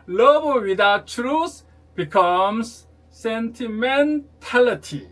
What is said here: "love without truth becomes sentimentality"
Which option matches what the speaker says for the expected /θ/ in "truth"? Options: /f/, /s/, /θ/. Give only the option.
/s/